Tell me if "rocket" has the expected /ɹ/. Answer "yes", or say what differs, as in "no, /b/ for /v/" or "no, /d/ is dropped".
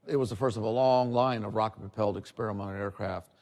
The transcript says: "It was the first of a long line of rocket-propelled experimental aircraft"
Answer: yes